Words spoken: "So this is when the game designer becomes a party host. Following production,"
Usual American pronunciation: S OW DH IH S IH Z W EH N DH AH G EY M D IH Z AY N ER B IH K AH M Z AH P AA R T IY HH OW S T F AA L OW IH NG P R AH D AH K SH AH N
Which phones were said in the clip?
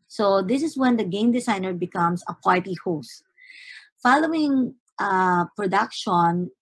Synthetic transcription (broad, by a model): S OW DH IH S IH S W EH N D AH G EY M D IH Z AY N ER B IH K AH M S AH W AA L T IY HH OW S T F AA L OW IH NG P R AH D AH K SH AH N